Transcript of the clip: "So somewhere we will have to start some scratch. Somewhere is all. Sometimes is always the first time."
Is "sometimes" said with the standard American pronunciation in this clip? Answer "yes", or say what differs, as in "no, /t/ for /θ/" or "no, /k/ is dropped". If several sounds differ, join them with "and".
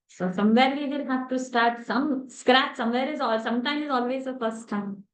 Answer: no, /z/ is dropped